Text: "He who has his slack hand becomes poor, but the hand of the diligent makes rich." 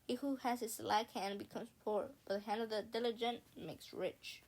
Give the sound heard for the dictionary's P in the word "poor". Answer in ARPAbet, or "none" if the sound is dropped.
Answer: P